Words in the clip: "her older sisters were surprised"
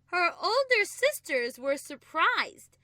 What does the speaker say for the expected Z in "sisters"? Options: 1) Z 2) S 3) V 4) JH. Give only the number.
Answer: 1